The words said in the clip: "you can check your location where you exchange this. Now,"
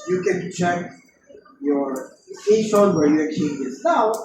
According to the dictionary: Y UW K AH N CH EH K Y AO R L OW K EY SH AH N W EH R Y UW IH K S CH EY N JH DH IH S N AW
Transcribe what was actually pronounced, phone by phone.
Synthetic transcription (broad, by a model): Y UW K AH N CH EH K Y AO R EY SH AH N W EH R Y UW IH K CH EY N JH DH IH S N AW